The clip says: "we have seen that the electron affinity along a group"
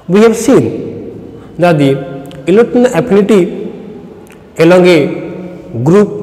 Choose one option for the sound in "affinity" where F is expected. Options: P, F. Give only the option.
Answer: P